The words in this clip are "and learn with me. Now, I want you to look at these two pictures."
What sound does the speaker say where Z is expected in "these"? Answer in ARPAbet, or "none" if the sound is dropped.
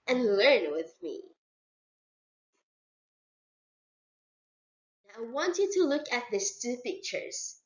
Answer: S